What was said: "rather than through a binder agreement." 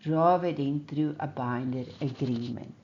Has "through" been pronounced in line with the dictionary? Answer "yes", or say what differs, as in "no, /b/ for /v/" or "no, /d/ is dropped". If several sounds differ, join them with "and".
no, /t/ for /θ/